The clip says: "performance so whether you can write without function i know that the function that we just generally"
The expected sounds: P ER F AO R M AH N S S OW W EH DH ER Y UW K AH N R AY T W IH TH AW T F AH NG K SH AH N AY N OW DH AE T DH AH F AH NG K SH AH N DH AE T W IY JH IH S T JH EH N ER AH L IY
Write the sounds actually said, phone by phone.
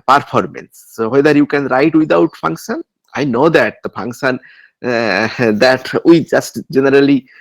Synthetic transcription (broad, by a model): P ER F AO R M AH N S S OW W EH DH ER Y UW K AH N R AY T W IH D AW T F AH NG K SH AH N AY N OW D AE T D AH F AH NG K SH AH N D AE T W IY JH IH S T JH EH N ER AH L IY